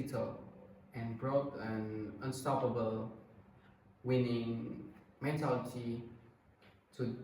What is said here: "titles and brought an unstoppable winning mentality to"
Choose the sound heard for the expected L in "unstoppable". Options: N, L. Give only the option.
L